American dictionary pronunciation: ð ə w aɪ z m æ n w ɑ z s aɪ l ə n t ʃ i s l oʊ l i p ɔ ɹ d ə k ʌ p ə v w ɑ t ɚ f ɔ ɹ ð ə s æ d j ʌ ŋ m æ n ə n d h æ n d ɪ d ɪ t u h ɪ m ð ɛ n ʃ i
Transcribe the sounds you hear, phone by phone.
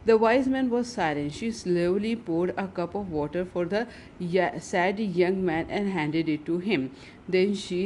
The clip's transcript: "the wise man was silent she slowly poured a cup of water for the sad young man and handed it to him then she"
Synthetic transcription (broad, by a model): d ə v aɪ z m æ n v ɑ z s aɪ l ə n ʃ i s l oʊ l i p ɔ ɹ d ə k ʌ p ə v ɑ t ɚ f ɔ ɹ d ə s æ d j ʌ ŋ m æ n ə n d h æ n d ɪ d ɪ t u h ɪ m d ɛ n ʃ i